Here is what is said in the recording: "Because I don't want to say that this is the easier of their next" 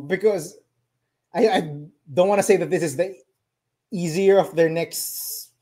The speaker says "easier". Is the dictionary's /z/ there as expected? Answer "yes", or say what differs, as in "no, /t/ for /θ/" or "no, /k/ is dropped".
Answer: yes